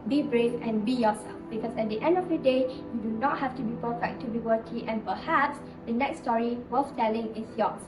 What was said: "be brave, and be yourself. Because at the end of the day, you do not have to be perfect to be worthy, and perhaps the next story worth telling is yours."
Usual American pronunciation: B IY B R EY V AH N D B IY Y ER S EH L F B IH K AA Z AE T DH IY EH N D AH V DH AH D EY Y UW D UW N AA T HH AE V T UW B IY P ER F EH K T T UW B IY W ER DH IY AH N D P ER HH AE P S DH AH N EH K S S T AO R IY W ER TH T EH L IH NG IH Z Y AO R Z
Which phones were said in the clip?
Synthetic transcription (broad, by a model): B IY B R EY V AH N B IY Y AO S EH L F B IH K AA S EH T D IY EH N D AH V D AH D EY Y UW D UW N AA T HH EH F T UW B IY P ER F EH K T T UW B IY W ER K IY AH N P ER HH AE P S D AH N EH K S S T AO R IY W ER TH T EH L IH NG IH S Y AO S